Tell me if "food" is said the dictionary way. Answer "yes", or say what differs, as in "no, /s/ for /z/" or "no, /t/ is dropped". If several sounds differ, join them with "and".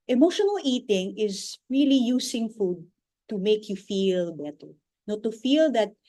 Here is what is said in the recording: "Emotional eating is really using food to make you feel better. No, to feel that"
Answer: yes